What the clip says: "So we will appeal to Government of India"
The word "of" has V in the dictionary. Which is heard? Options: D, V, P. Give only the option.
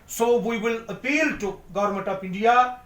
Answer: P